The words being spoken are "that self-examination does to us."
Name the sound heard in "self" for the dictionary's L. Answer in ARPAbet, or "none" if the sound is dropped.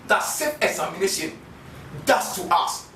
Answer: none